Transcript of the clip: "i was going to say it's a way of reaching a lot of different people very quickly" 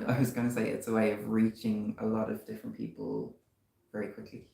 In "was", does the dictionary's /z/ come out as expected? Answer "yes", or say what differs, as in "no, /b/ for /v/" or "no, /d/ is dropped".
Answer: yes